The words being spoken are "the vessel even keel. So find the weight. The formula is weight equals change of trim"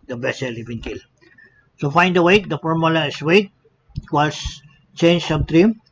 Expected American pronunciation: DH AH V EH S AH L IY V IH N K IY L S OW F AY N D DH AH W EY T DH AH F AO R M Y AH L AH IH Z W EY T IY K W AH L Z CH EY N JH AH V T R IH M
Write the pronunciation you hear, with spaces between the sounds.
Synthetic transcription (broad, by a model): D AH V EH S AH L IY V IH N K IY L S OW F AY N D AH W EY T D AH F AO R M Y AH L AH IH S W EY T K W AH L S CH EY N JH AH B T R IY M